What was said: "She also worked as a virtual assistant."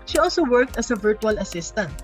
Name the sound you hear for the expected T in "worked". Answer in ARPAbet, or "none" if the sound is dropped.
T